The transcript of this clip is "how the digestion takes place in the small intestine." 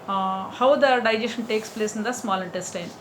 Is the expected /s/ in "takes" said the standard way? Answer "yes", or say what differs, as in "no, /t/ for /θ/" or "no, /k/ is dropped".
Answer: yes